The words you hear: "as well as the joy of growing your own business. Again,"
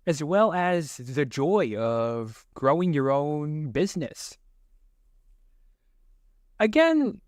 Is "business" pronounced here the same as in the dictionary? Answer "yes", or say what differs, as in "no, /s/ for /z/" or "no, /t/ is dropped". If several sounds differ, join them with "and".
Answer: yes